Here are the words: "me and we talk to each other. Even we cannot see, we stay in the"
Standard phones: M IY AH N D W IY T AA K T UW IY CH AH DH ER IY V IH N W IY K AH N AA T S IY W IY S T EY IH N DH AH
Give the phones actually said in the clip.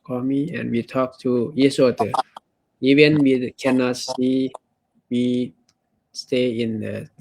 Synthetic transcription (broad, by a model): M IY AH N W IY T AA K T UW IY S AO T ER IY V IH N W IY K AH N AA T S IY W IY S T EY IH N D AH